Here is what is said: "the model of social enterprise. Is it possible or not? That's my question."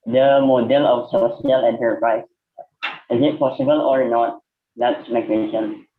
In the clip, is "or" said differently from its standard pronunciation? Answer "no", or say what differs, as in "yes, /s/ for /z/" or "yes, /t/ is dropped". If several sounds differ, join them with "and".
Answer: no